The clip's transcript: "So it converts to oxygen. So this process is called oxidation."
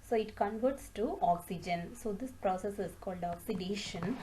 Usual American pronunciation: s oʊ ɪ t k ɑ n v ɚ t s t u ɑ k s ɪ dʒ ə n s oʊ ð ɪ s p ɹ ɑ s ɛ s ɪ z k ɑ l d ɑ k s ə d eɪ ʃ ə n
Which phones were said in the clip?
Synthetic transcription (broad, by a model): s oʊ ɪ t k ɑ n v ɚ t s t u ɑ k s ɪ dʒ ə n s oʊ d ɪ s p ɹ ɑ s ɛ s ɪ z k ɑ l d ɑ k s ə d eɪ ʃ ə n